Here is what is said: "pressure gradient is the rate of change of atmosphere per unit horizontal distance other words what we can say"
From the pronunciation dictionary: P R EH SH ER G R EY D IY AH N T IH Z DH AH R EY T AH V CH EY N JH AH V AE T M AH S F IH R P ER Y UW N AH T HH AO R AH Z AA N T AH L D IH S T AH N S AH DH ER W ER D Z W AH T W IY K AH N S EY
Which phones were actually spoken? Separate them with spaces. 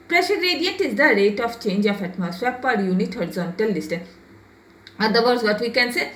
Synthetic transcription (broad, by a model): P R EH SH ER R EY D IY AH N T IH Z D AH R EY T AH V CH EY N JH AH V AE T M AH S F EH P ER Y UW N AH T HH AO R AH Z AA N T AH L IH S T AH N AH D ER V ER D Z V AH T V IY K AH N S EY